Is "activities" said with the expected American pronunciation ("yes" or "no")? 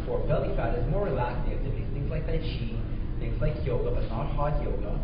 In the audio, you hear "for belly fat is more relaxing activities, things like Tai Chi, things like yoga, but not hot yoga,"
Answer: no